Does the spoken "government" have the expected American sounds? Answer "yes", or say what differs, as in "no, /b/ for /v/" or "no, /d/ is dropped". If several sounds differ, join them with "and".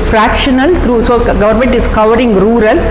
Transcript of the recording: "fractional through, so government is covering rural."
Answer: yes